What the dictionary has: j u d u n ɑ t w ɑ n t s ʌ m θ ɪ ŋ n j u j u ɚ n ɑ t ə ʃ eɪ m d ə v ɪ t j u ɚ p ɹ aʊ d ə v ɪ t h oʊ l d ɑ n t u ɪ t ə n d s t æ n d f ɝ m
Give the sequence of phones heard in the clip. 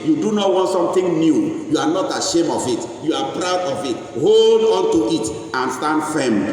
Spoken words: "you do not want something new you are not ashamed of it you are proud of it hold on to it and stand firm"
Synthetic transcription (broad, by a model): j u d u n ɑ t w ɑ n t s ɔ m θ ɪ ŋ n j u j u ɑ n ɑ t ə ʃ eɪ m ə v ɪ t j u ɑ p ɹ aʊ d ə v ɪ t h oʊ l d ɑ n t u ɪ t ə n s t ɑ n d f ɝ m